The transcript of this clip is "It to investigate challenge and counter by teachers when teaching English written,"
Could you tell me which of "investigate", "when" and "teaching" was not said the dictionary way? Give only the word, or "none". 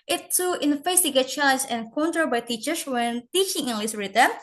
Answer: investigate